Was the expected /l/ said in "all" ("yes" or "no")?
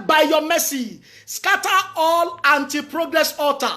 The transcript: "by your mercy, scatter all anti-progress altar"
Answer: yes